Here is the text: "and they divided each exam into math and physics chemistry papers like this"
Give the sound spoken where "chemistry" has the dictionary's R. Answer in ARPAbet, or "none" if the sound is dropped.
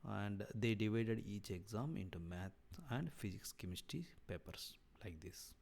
none